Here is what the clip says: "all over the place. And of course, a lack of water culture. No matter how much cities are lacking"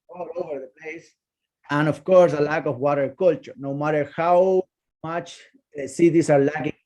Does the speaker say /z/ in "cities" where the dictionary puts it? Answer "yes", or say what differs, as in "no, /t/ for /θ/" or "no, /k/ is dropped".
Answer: no, /s/ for /z/